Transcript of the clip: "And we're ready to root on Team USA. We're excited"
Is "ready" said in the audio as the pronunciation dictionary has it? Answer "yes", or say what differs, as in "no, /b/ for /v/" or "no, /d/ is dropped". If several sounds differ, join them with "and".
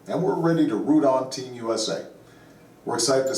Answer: yes